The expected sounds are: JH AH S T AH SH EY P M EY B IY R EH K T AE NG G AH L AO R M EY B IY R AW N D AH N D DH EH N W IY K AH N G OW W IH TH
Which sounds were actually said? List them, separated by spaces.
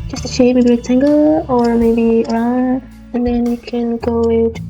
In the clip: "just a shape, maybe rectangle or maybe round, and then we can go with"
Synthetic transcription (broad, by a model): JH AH S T AH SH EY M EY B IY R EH T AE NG G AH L AO R M EY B IY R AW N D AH N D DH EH N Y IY K AH N G OW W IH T